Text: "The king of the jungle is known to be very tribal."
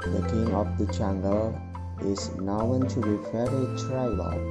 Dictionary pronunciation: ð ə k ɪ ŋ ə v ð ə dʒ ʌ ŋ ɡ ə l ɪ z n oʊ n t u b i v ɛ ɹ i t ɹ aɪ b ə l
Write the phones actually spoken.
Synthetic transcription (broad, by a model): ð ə k ɪ ŋ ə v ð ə tʃ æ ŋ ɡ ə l ɪ z n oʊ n t u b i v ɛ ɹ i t ɹ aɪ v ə